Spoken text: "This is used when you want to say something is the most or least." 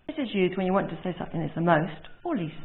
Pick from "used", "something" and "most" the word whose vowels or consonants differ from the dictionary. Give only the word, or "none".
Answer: none